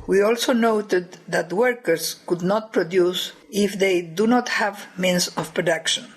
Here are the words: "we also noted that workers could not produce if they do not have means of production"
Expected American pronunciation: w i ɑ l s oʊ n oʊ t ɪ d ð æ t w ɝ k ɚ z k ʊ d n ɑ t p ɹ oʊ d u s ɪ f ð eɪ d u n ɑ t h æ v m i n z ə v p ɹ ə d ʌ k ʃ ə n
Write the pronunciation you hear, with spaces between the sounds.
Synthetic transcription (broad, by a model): w i ɑ l s oʊ n oʊ t ɪ d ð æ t w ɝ k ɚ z k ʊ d n ɑ t p ɹ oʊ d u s ɪ f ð eɪ d u n ɑ t h æ v m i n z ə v p ɹ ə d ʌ k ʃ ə n